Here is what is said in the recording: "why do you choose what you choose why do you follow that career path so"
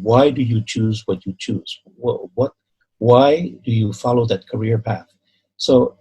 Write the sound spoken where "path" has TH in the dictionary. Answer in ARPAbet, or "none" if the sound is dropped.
TH